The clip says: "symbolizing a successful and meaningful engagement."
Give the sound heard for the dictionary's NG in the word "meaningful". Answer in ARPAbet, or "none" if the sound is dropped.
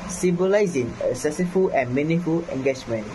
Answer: none